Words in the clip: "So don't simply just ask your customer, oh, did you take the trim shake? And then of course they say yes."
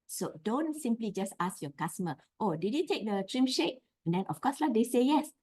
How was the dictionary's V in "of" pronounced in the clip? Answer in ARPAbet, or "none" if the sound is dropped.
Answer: F